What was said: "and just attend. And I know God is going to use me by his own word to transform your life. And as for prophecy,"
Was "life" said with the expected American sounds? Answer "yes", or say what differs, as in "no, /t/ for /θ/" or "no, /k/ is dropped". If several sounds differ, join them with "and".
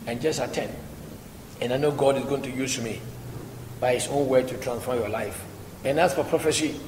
yes